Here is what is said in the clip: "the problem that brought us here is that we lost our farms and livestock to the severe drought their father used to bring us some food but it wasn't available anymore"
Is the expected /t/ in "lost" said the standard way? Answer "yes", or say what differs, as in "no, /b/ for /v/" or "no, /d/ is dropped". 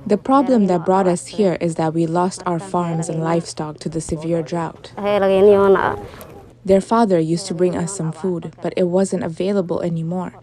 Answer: yes